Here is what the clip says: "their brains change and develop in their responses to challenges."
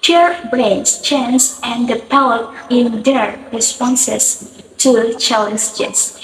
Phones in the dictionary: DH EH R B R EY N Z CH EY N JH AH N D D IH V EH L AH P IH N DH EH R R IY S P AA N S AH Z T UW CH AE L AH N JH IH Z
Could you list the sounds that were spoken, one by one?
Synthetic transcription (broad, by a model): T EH R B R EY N S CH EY N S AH N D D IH P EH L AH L IH N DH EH R R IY S P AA N S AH S T UW CH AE L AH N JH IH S